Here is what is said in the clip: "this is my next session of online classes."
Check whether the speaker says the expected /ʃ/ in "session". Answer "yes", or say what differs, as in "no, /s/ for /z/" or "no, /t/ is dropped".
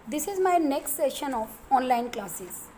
yes